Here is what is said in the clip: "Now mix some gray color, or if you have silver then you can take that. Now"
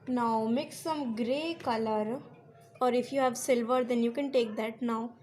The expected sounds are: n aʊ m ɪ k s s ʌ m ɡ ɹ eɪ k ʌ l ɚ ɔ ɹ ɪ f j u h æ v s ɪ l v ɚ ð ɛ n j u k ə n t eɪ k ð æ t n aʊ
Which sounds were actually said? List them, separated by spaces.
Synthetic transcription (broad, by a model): n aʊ m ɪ k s s ʌ m ɡ ɹ eɪ k ʌ l ɚ ɔ ɹ ɪ f j u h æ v s ɪ l v ɚ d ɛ n j u k ə n t eɪ k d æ t n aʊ